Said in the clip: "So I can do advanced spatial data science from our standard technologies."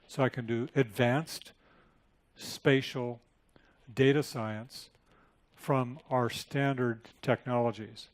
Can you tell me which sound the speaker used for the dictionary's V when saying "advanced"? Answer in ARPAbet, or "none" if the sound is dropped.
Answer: V